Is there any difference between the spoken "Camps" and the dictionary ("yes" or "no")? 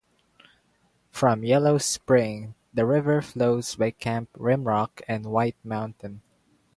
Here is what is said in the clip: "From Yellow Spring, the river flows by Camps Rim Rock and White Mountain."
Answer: yes